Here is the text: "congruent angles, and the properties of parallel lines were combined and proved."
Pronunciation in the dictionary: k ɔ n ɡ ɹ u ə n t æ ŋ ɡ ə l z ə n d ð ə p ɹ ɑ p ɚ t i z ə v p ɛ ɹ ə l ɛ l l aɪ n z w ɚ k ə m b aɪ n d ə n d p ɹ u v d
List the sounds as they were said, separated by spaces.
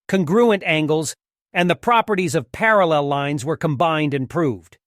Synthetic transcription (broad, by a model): k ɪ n ɡ ɹ u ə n t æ ŋ ɡ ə l z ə n ð ə p ɹ ɑ p ɚ t i z ə v p ɛ ɹ ə l ɛ l l aɪ n z w ɚ k ə m b aɪ n d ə n p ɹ u v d